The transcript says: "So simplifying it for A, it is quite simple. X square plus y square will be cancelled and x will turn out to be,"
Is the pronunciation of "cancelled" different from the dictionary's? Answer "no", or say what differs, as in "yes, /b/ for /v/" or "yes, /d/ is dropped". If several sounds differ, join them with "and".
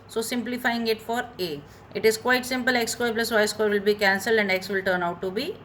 no